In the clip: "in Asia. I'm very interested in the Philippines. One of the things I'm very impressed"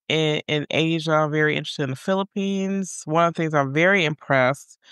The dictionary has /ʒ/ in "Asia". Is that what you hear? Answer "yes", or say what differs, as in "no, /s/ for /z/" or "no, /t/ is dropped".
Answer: yes